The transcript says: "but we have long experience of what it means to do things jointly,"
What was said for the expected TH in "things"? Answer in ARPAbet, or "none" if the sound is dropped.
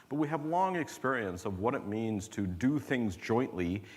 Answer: TH